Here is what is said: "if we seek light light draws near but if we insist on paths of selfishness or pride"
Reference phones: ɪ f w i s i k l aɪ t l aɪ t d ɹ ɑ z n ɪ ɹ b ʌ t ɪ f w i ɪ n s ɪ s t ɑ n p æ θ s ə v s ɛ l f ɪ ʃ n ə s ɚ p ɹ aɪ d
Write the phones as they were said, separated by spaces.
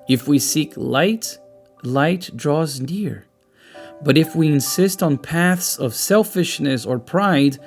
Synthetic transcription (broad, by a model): ɪ f w i s i k l aɪ t l aɪ t d ɹ ɑ z n ɪ ɹ b ʌ t ɪ f w i ɪ n s ɪ s t n p æ θ s ə v s ɛ l f ɪ ʃ n ə s ɚ p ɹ aɪ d